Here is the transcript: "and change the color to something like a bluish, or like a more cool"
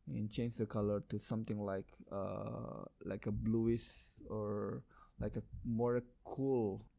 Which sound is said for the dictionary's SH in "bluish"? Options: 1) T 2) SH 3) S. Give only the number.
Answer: 3